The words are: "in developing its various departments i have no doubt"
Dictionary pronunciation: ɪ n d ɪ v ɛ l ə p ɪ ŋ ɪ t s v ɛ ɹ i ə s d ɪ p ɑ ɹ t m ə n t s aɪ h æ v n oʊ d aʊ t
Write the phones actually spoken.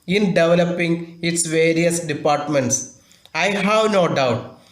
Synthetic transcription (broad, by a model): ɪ n d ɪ v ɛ l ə p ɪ ŋ ɪ t s v ɛ ɹ i ə s d ɪ p ɑ ɹ t m ə n t s aɪ h æ v n oʊ d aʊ t